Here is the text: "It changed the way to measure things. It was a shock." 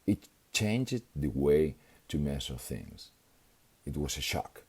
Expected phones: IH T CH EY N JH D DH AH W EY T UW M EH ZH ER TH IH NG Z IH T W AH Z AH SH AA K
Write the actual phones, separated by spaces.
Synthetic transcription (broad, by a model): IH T CH EY N JH D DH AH W EY T UW M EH S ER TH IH NG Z IH T W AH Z AH SH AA K